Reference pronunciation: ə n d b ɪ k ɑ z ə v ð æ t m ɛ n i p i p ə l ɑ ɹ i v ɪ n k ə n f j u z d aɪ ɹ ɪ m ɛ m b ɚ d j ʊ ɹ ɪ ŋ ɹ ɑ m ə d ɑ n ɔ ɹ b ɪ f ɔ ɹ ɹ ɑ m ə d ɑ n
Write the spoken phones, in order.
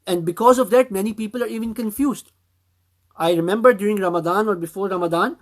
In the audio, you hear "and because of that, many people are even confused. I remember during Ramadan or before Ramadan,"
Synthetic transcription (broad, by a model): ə n d b ɪ k ɑ z ə v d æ t m ɛ n i p i p ə l ɑ ɹ i v ɪ n k ə n f j u z d aɪ ɹ ɪ m ɛ m b ɚ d j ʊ ɹ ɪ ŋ ɹ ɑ m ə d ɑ n ɔ ɹ b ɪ f ɔ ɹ ɹ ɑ m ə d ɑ n